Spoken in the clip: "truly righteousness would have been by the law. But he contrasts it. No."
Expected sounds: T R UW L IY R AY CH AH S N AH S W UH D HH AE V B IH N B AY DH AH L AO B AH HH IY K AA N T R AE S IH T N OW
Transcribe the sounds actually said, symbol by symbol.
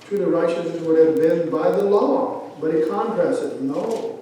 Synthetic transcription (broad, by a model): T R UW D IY R AY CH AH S AH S W UH D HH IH V B IH N B AY DH AH L AO B AH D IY K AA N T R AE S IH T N OW